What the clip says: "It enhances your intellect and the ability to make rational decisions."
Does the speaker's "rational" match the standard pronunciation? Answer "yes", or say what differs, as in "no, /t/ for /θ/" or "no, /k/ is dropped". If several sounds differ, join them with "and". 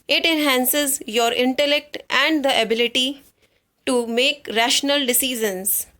yes